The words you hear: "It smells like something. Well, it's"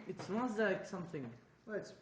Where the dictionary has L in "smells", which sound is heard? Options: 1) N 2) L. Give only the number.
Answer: 1